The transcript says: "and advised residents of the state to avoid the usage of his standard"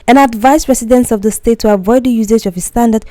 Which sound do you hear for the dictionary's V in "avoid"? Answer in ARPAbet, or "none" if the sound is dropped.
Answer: V